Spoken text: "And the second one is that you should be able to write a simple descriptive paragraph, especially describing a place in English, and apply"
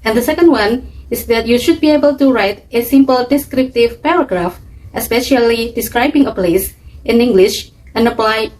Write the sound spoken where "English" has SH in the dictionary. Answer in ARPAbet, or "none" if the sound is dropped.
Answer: SH